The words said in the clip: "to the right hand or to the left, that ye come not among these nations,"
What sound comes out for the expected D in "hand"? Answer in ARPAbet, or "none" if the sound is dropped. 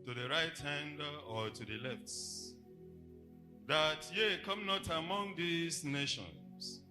D